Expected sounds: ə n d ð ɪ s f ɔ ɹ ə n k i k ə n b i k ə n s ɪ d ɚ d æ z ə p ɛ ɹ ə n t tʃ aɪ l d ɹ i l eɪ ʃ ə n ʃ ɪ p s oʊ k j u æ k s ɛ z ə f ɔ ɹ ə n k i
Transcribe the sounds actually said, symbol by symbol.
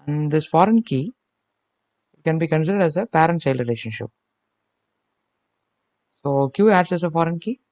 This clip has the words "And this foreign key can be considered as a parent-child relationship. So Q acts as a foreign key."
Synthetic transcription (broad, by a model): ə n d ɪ s f ɔ ɹ ə n k i k ə n b i k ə n s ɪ d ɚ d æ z ə p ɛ ɹ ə n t s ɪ l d ɹ i l eɪ ʃ ə n ʃ ɪ p s oʊ k j u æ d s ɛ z ə f ɔ ɹ ə n k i